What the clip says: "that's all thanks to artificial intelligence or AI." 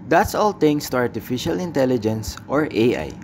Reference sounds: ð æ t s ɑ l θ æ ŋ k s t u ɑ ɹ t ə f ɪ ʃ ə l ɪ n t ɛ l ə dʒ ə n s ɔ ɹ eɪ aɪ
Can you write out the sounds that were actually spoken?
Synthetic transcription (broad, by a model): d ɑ t s ɑ l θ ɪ ŋ s t u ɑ ɹ t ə f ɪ ʃ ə l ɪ n t ɛ l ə dʒ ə n s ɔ ɹ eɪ aɪ